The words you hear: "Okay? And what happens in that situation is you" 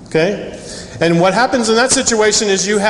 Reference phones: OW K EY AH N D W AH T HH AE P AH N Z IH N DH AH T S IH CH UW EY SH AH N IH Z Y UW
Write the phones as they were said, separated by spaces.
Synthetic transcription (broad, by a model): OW K EY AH N W AH T HH AE P AH N Z IH N DH AH T S IH CH UW EY SH AH N IH Z Y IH